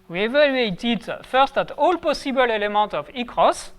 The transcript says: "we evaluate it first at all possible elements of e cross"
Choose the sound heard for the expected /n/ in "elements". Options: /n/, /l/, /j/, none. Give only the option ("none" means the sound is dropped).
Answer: none